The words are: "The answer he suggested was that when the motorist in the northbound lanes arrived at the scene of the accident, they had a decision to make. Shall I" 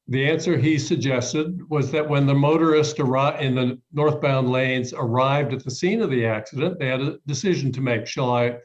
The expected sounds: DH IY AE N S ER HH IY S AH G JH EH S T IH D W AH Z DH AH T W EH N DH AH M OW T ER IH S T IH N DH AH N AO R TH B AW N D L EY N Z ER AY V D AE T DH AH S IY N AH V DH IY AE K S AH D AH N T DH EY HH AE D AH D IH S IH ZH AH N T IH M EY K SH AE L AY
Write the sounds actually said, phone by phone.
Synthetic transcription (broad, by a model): DH IY AE N S ER IY S AH G JH EH S T IH D W AH Z DH AH T W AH N DH AH M OW T ER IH S T IH N DH AH N AO R TH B AW N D L EY N Z ER AY V D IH T DH AH S IY N AH V DH IY AE K S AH D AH N DH EY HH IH D AH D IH S IH ZH N T IH M EY K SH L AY